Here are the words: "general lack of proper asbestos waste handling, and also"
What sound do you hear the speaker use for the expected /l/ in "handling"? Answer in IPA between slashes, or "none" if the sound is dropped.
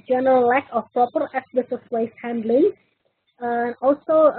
/l/